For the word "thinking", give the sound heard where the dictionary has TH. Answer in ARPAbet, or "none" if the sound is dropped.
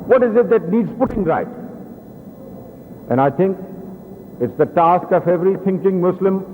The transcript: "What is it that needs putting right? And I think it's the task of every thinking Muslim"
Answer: T